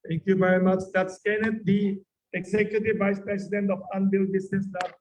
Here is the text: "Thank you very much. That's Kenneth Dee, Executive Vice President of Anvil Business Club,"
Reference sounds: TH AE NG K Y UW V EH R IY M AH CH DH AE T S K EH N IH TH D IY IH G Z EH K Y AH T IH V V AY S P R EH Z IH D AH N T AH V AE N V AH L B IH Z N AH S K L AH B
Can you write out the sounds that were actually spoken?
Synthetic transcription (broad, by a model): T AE NG K Y UW V EH R IY M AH CH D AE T S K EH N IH T D IY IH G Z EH K Y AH T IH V V AY S P R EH S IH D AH N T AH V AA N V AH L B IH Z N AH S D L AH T